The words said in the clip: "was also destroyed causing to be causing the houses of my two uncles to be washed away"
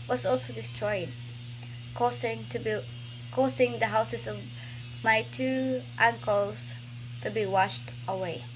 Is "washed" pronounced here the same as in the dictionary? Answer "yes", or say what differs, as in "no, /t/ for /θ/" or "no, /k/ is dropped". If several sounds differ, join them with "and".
yes